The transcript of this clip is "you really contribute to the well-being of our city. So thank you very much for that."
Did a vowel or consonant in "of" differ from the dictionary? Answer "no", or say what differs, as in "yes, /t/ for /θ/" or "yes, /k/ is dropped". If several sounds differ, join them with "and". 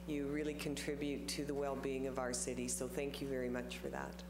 no